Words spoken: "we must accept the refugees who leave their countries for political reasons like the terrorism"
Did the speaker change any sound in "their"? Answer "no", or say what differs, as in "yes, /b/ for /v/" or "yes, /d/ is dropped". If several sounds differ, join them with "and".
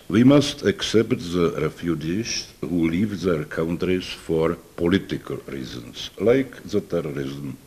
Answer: no